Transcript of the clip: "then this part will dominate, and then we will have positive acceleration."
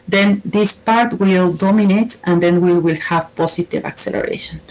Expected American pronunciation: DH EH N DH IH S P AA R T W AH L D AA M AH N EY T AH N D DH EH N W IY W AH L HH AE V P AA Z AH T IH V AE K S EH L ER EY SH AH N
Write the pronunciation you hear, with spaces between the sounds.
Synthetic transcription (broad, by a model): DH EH N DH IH S P AA R T W AH L D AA M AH N EY T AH N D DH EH N W IY W AH L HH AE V P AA S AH T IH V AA K S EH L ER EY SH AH N